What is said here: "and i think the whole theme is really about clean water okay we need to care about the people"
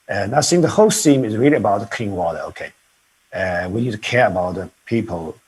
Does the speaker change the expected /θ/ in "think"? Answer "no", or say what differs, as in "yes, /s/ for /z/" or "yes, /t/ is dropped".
yes, /s/ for /θ/